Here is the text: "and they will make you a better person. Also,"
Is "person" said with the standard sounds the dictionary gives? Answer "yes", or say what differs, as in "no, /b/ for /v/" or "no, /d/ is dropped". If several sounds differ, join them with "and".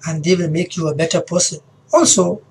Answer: no, /n/ is dropped